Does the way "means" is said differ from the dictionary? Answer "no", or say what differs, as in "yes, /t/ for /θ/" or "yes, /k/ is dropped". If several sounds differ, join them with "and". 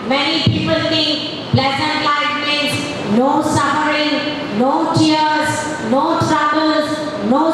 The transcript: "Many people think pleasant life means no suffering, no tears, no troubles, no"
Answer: yes, /n/ is dropped